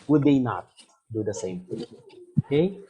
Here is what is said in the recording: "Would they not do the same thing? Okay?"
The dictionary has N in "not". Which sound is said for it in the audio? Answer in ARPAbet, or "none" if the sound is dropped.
N